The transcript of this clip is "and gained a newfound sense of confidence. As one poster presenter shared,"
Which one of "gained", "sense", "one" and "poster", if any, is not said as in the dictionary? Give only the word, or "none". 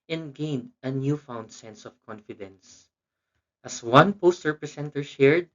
none